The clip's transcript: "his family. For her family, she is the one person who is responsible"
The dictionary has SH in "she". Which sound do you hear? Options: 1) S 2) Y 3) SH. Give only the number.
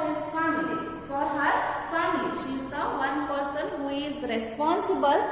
3